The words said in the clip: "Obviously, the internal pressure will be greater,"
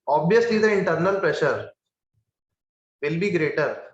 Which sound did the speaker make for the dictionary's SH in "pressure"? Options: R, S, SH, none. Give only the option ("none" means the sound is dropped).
SH